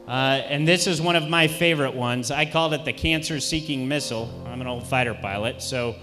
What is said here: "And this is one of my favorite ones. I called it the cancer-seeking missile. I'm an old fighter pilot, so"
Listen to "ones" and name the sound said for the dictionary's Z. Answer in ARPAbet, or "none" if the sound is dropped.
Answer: Z